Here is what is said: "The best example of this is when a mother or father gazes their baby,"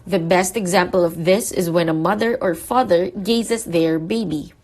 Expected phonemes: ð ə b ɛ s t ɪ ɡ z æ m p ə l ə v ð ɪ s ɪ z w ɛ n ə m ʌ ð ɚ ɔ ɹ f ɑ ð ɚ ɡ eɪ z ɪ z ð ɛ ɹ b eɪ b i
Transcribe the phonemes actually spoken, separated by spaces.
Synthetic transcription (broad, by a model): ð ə b ɛ s t ɪ ɡ z æ m p ə l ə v ð ɪ s ɪ z w ɛ n ə m ʌ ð ɚ ɔ ɹ f ɑ ð ɚ ɡ eɪ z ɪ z ð ɛ ɹ b eɪ b i